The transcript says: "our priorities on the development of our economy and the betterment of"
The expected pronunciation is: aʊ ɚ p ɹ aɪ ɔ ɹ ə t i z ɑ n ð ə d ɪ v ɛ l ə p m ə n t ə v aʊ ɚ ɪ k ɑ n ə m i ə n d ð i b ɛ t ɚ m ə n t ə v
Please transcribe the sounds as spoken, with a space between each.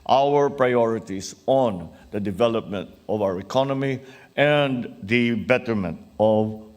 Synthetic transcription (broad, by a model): aʊ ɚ p ɹ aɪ ɔ ɹ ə t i s ɑ n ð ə d ɪ v ɛ l ə p m ə n t ə v aʊ ɚ ɪ k ɑ n ə m i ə n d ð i b ɛ t ɚ m ə n t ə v